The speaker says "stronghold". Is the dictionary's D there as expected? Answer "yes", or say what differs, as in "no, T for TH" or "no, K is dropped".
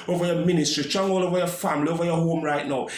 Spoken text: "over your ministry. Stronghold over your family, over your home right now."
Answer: no, D is dropped